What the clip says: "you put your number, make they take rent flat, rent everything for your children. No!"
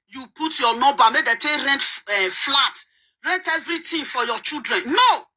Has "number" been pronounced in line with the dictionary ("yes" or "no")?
no